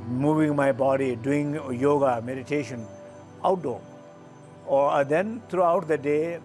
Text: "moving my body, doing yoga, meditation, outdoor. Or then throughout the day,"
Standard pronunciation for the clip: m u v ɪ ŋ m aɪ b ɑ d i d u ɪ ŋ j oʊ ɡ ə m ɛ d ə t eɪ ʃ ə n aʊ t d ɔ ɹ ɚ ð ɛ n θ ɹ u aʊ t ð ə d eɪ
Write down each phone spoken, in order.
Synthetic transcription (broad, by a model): m u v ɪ ŋ m aɪ b ɑ d i d u ɪ ŋ j oʊ ɡ ə m ɛ d ə t eɪ ʃ ə n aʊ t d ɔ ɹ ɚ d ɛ n t ɹ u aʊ t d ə d eɪ